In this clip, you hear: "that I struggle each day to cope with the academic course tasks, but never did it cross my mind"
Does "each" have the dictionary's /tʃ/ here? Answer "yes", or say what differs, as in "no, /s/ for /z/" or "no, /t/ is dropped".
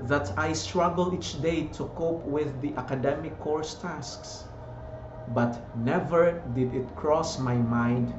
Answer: yes